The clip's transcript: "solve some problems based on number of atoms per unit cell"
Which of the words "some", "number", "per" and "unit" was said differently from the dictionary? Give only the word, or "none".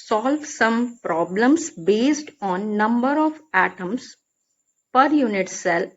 none